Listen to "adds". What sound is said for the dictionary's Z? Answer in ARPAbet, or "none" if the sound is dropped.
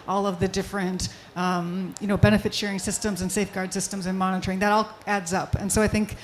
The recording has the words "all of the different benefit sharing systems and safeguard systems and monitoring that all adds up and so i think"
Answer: Z